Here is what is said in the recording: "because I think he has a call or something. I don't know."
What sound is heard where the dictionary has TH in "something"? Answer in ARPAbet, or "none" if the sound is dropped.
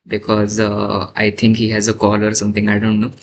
T